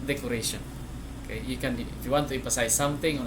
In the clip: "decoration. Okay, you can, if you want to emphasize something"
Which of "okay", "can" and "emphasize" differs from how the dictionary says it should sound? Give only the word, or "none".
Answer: emphasize